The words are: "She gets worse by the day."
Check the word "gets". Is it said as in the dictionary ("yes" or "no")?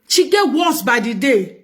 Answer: no